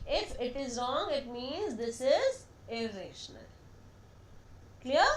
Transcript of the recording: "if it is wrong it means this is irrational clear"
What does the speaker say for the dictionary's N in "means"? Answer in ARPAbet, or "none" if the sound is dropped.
N